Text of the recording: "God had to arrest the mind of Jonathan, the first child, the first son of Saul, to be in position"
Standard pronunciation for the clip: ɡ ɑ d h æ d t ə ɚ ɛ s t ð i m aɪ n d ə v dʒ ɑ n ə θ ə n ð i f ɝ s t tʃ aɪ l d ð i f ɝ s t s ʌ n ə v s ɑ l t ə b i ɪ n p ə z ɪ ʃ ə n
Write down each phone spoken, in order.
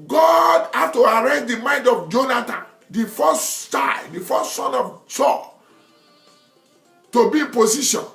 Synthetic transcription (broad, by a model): ɡ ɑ d h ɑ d t ə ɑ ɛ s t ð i m aɪ n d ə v dʒ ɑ n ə t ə n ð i f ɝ s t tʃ aɪ d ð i f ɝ s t s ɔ n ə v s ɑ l t ə b i ɪ n p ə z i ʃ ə n